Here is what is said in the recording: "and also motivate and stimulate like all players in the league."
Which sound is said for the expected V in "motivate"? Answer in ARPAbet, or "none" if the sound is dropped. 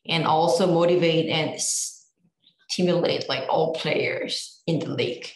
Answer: V